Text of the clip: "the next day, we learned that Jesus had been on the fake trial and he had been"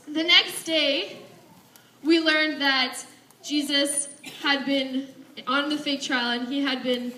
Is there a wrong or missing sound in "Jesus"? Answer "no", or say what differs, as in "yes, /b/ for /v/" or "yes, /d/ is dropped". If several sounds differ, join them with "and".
no